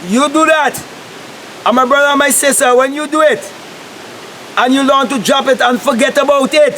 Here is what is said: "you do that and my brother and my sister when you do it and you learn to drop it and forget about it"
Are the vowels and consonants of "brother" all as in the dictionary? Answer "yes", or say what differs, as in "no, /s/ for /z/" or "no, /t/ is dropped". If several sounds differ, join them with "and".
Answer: yes